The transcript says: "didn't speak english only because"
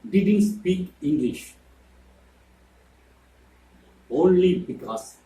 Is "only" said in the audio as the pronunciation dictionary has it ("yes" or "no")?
yes